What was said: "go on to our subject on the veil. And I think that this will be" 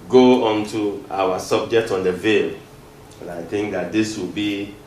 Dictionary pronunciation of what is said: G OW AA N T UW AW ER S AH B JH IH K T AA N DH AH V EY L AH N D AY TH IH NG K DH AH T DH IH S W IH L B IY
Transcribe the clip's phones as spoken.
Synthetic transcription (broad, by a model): G OW AA N T UW AW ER S AH B JH IH K T AA N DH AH V EY L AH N AY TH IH NG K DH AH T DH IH S W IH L B IY